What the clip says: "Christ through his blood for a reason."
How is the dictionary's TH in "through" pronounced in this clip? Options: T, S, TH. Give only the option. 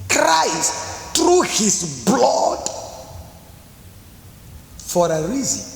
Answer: T